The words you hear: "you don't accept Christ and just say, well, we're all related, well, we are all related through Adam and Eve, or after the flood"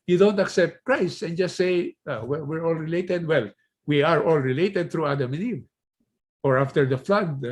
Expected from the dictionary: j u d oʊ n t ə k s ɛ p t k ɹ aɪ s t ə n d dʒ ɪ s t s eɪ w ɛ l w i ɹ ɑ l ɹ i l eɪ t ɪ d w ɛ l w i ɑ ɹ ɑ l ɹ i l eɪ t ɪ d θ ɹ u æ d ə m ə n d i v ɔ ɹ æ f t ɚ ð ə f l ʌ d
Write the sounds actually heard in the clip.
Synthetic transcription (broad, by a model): j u d oʊ n t ə k s ɛ p t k ɹ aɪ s ə n dʒ ɪ s t s eɪ w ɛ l w i ɹ ɑ l ɹ i l eɪ t ɪ d w ɛ l w i ɑ ɹ ɑ l ɹ i l eɪ t ɪ d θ ɹ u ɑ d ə m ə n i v ɔ ɹ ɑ f t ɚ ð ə f l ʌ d